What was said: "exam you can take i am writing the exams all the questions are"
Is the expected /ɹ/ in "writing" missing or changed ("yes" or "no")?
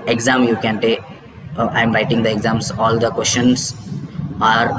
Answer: no